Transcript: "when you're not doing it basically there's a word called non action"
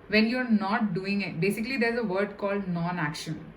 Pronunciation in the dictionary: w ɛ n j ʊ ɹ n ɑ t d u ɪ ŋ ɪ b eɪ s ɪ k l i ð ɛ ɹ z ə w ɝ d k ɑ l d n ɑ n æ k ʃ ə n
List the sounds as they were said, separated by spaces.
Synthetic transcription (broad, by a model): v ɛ n j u ɹ n ɑ t d u ɪ ŋ ɪ b eɪ s ɪ k l i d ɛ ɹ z ə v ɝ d k ɑ l d n ɑ n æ k ʃ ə n